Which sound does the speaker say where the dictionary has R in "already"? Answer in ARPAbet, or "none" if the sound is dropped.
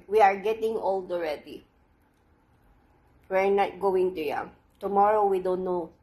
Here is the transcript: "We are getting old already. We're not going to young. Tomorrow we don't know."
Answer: R